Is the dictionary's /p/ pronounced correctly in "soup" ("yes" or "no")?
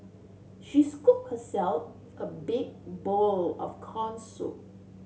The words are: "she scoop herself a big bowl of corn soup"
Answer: no